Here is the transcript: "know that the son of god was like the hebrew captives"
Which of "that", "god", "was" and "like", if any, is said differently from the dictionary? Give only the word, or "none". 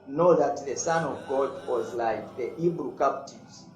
none